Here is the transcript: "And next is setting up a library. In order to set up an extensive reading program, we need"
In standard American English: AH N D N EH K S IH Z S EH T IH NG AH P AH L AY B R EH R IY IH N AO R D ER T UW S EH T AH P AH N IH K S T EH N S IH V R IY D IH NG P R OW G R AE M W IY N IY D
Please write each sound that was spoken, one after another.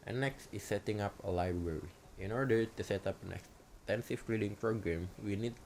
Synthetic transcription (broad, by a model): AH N N EH K S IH S EH T IH NG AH P AH L AY B R EH R IY IH N AO R D ER T UW S EH T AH P AH N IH K S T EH N S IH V L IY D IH NG P R OW G R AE M W IY N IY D